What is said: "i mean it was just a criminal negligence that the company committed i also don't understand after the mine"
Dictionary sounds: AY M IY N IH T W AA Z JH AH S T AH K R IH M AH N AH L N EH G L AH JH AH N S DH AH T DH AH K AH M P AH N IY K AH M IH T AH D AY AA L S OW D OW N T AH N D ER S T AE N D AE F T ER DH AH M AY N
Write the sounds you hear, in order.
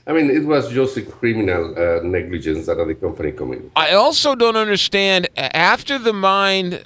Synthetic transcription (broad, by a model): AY M IY N IH T W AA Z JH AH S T AH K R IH M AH N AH L N EH G L AH JH AH N S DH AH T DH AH K AH M P AH N IY K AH M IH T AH AY AA L S OW D OW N T AH N D ER S T AE N D AE F T ER DH AH M AY N